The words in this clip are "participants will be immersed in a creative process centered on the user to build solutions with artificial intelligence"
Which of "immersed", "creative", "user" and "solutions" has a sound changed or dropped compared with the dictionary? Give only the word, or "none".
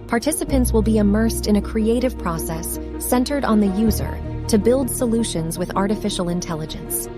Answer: none